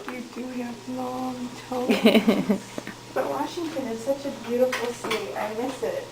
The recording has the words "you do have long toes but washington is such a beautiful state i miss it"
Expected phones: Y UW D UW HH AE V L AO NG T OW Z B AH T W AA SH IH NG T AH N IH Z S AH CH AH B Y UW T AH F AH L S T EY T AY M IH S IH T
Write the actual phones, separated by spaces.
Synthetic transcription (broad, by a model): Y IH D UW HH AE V L AO NG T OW B AH T W AA SH IH NG T AH N IH Z S AH CH AH B Y UW T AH F L S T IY T AY M IH S IH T